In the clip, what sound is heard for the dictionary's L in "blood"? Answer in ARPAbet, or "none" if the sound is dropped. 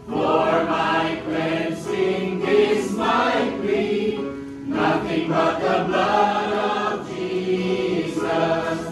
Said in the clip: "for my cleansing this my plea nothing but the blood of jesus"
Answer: L